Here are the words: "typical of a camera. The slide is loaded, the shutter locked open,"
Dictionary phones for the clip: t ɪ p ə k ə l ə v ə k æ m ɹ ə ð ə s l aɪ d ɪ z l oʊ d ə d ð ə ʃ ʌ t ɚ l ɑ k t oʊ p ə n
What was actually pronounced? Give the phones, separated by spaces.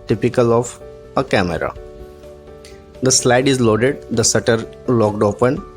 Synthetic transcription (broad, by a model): t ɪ p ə k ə l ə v ə k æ m ɹ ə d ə s l aɪ d ɪ z l oʊ d ə d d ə s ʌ t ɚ l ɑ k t oʊ p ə n